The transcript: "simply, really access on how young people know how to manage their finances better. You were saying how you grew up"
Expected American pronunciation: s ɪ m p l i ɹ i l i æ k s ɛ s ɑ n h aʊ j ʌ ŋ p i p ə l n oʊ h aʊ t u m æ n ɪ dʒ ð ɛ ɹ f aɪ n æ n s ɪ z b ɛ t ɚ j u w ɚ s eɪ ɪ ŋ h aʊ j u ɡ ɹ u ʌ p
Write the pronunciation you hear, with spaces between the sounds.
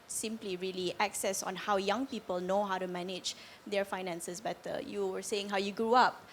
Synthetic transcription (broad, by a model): s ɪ m p l i ɹ i l i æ k s ɛ s ɑ n h aʊ j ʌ ŋ p i p ə l n oʊ h aʊ t u m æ n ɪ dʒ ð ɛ ɹ f aɪ n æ n s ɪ s b ɛ t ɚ j u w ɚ s eɪ ɪ ŋ h aʊ j u ɡ ɹ u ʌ p